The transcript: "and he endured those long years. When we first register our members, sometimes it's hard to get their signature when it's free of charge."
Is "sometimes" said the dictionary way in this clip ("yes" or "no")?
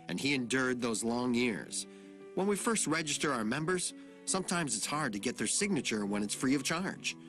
yes